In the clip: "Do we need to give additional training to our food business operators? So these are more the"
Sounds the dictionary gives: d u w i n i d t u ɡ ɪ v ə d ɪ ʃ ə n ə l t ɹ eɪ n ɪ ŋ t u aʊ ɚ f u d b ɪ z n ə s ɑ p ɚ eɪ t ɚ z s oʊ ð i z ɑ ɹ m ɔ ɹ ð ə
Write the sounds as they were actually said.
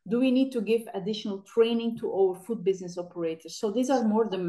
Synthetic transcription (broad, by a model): d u w i n i d t u ɡ ɪ v ə d ɪ ʃ ə n ə l t ɹ eɪ n ɪ ŋ t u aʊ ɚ f u d b ɪ z n ə s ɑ p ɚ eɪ t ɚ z s oʊ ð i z ɑ ɹ m ɔ ɹ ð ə